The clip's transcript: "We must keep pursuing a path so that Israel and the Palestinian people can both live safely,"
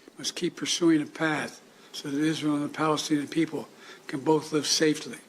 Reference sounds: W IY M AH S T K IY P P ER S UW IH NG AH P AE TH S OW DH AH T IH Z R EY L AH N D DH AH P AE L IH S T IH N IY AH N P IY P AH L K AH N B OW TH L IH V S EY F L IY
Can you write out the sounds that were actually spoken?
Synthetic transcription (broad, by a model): M AH S K IY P P ER S UW IH NG AH P AE TH S OW DH AH T IH Z R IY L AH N DH AH P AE L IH S T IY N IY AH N P IY P L K AH N B OW TH L IH V S EY F L IY